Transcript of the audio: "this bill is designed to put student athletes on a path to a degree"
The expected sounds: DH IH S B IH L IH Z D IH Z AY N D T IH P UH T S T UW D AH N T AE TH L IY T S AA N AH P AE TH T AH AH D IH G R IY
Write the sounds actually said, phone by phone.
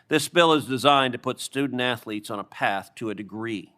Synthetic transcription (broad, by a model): DH IH S B IH L IH Z D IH Z AY N T IH P UH T S T UW D N T AE TH L IY T S N AH P AE TH T AH AH D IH G R IY